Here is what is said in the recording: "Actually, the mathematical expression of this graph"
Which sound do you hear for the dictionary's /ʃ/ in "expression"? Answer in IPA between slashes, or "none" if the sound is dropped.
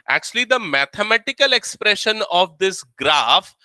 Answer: /ʃ/